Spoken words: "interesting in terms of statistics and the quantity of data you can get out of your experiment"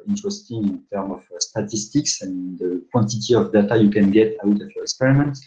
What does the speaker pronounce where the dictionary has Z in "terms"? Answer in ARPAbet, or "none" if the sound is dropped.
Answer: none